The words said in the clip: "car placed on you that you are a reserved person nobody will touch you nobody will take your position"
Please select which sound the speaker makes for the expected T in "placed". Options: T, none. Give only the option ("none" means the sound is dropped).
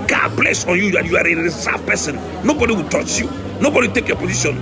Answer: none